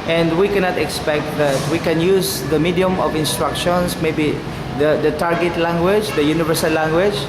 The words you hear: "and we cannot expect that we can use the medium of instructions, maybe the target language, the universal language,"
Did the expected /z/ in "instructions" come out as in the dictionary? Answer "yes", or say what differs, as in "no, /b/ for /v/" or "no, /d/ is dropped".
no, /s/ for /z/